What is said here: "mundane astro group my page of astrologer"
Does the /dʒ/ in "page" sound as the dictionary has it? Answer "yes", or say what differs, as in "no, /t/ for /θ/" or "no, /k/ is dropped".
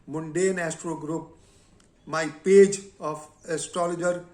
yes